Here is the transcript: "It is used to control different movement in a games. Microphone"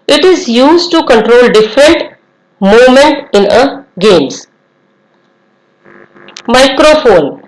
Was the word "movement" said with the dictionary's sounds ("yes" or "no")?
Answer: no